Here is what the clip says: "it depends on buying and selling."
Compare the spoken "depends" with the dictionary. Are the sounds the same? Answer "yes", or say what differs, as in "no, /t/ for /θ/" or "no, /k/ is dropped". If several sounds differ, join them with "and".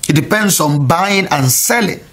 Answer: no, /s/ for /z/